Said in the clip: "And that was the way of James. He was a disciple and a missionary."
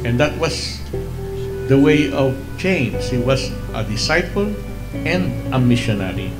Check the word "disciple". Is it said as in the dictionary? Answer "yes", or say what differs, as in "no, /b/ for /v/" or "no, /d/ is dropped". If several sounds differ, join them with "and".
no, /f/ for /p/